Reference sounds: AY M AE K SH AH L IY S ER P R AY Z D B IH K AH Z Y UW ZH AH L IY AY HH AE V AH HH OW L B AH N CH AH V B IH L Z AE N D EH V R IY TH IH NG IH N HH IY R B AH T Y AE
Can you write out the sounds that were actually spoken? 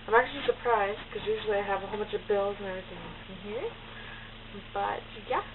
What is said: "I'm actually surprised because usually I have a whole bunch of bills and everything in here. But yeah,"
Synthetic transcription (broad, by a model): AY M AE K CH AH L IY S ER P R AY Z D K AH Z Y UW ZH L IY AY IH V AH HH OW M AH CH AH V B IH L Z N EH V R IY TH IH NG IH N HH IY R B AH T Y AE